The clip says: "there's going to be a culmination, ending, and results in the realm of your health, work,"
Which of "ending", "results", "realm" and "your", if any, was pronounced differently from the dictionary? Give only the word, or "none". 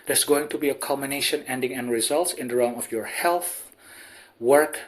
realm